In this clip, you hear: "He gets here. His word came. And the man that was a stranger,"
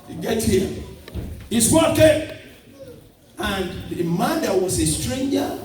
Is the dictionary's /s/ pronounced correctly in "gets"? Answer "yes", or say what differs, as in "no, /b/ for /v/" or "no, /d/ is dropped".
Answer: no, /s/ is dropped